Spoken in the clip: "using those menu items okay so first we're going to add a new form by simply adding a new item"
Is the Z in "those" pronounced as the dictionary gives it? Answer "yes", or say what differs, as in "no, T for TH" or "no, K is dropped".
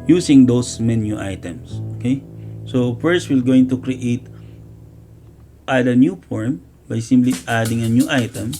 no, S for Z